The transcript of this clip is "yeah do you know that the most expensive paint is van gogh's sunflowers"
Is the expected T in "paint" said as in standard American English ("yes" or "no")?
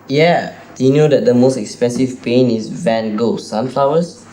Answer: no